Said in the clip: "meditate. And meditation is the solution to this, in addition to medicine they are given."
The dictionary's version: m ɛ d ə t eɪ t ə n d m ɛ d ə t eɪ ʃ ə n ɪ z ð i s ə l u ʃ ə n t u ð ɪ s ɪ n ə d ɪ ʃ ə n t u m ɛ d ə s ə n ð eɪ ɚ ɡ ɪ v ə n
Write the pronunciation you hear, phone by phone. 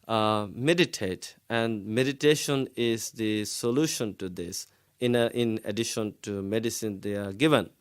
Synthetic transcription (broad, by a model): m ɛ d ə t eɪ t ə n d m ɛ d ə t eɪ ʃ ə n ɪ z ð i s ə l u ʃ ə n t u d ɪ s ɪ n ə d ɪ ʃ ə n t u m ɛ d ə s ə n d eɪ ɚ ɡ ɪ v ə n